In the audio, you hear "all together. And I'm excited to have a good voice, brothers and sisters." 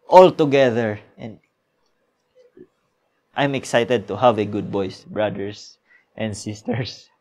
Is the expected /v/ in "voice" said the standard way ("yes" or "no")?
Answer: no